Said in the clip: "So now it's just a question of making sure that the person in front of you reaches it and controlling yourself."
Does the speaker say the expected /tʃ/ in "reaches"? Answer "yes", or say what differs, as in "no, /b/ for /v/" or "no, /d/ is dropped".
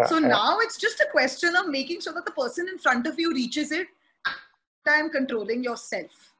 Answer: yes